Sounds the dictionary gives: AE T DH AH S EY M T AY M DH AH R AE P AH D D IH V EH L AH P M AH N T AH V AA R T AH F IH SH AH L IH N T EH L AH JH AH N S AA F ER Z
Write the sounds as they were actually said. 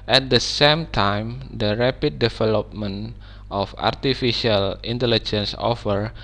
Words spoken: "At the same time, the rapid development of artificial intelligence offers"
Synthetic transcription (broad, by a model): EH T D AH S EY M T AY M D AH R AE P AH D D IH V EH L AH P M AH N T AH F AA R T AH F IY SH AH L IH N T EH L AH JH AH N S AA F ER